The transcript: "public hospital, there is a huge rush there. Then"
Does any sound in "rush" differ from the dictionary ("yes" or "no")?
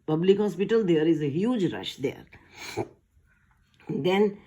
no